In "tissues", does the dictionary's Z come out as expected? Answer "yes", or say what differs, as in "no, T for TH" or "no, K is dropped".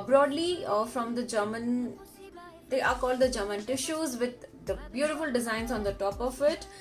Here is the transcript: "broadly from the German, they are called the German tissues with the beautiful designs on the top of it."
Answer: yes